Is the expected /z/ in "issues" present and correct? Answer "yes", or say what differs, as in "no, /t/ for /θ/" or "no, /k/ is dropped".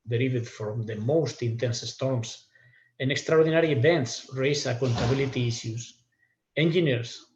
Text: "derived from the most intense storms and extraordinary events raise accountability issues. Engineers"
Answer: no, /s/ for /z/